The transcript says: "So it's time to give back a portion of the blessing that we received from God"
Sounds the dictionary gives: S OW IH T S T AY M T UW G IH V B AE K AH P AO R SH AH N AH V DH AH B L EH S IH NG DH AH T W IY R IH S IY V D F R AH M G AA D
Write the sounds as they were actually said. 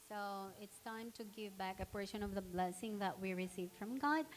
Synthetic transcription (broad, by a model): S OW IH T S T AY M T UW G IH V B AE K AH P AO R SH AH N AH V DH AH B L EH S IH NG DH AH T W IY R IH S IY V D F R AH M G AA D